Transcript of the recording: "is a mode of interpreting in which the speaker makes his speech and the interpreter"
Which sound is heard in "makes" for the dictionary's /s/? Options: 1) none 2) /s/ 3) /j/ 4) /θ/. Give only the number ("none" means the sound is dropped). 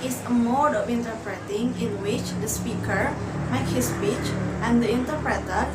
1